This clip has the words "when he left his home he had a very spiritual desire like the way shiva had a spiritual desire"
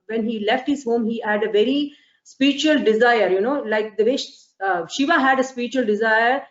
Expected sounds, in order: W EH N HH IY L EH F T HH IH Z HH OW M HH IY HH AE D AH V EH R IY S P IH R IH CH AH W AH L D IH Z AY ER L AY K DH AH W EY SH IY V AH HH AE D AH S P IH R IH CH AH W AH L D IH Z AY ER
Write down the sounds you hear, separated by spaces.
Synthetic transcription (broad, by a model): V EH N HH IY L EH F T HH IH Z HH OW M HH IY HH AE D AH V EH R IY S P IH R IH CH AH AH L D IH Z AY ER L AY K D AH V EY SH IY V AH HH AE D AH S P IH R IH CH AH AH L D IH Z AY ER